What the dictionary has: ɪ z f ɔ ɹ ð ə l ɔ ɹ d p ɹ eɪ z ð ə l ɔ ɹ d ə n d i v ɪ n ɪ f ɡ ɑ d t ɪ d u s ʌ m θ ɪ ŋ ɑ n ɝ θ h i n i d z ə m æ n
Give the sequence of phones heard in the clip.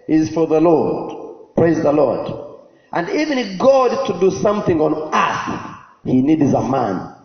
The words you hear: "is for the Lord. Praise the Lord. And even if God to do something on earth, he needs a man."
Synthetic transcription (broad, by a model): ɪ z f ɔ ɹ ð ə l ɔ ɹ d p ɹ eɪ z ð ə l ɔ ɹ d ə n d i v ɪ n ɪ f ɡ ɑ d t ɪ d u s ʌ m θ ɪ ŋ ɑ n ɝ s h i n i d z ə m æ n